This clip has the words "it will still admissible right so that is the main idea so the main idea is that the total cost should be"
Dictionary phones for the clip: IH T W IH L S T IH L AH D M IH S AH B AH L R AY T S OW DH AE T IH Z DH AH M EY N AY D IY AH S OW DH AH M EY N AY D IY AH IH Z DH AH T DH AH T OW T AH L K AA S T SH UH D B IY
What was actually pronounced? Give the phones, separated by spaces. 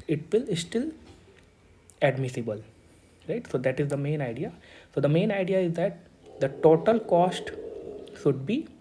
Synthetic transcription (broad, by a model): IH T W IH L S T IH L AH D M IH S AH B AH L R AY T S OW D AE T IH Z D AH M EY N AY D IY AH S OW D AH M EY N AY D IY AH IH Z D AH T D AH T OW T AH L K AA S T SH UH D B IY